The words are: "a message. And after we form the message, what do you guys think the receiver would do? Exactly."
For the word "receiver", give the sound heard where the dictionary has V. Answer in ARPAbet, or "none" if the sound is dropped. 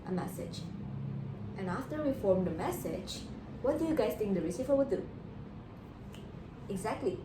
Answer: F